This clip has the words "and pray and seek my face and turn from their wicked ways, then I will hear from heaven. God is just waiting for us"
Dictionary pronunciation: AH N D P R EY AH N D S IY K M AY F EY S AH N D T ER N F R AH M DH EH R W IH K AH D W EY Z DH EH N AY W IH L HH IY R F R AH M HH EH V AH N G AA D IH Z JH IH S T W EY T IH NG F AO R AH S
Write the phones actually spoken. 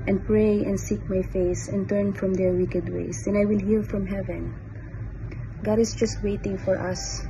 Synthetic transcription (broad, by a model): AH N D P R EY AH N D S IY K M AY F EY S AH N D T ER N F R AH M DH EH R W IH K AH D W EY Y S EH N AY W IH L HH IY L F R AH M HH EH V AH N G AA D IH S JH IH S T W EY T IH NG F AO R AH S